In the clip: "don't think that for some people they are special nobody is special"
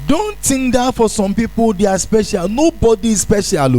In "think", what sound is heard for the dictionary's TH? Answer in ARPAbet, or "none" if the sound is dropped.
T